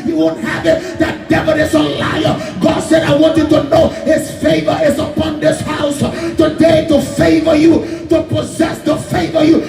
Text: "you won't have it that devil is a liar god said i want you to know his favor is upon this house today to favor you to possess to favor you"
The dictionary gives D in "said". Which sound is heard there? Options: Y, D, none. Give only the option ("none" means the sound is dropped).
D